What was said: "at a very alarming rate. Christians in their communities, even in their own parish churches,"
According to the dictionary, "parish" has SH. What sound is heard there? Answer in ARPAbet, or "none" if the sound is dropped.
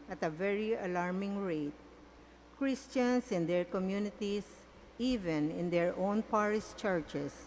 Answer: S